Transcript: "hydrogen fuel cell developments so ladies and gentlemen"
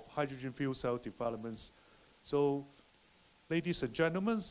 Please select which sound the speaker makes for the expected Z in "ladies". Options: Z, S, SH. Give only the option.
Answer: S